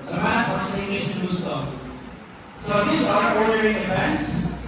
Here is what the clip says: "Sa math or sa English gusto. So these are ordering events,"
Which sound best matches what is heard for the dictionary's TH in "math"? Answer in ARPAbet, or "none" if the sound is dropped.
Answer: F